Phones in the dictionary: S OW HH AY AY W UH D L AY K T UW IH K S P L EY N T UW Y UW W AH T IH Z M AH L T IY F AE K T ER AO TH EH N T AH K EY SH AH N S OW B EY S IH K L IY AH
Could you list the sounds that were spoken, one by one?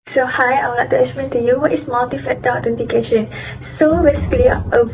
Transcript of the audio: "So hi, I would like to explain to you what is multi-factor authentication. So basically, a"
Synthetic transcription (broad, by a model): S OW HH AY AY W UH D L AY K T UW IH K S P EY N T UW Y UW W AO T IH S M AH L T IY F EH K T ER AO T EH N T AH K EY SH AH N S OW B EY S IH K L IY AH